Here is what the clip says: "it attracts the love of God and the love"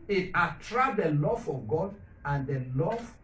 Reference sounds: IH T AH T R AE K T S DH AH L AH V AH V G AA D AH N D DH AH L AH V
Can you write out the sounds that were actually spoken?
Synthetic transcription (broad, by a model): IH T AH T R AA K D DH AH L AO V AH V G AA D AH N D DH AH L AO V